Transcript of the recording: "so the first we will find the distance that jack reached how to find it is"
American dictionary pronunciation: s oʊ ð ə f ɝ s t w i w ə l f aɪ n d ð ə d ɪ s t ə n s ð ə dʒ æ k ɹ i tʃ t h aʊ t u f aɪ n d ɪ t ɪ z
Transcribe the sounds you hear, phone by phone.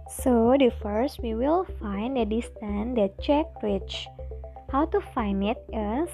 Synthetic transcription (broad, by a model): s oʊ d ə f ɝ s t w i w ə l f aɪ n d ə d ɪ s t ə n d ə tʃ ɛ k ɹ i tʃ h aʊ t u f aɪ n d ɪ t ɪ